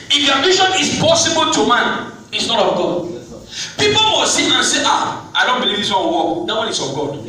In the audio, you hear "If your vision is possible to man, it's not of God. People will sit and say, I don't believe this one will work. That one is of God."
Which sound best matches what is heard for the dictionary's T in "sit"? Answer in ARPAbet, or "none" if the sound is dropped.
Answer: none